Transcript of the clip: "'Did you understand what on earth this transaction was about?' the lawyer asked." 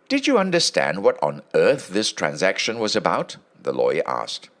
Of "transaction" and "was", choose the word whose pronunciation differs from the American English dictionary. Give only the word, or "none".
none